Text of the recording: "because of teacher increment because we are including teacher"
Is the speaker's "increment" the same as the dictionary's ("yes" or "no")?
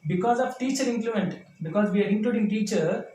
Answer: no